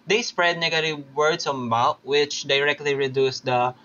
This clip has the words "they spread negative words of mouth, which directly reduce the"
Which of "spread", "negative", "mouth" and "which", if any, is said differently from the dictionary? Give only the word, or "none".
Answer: mouth